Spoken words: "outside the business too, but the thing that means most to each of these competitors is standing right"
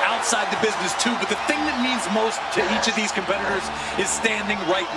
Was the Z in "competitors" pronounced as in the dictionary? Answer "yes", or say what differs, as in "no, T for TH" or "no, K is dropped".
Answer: yes